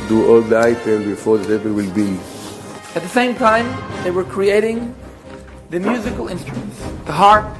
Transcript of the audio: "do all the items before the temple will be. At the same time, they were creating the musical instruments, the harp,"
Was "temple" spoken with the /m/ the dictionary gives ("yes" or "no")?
no